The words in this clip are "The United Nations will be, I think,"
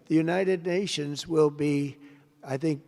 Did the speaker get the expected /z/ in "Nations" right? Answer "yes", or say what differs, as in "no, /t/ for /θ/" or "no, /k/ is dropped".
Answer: yes